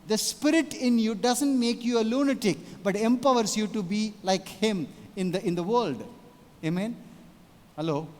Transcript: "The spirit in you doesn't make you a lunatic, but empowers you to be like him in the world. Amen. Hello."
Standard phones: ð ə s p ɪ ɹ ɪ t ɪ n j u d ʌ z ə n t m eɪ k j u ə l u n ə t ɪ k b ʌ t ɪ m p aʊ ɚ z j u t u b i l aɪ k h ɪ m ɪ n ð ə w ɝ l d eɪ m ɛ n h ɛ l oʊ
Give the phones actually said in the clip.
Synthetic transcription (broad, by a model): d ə s p ɪ ɹ ɪ t ɪ n j u d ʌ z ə n t m eɪ k j u ə l u n ə t ɪ k b ʌ t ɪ m p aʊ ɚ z j u t u b i l aɪ k h ɪ m ɪ n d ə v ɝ l d eɪ m ɛ n h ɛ l oʊ